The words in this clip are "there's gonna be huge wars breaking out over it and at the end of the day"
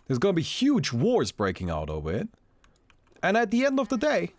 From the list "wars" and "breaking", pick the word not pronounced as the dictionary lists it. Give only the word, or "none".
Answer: none